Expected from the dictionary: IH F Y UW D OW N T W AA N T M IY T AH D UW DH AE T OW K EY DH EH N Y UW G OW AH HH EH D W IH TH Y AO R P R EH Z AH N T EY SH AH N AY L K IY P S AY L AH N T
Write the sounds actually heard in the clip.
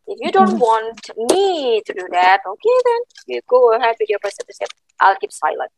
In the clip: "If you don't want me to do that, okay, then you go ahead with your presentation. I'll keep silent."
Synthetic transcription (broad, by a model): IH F Y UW D OW N T W AA N T M IY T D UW DH AE T OW K EY DH EH N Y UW G OW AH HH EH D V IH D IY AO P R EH S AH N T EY S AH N AY L K IY P S AY L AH N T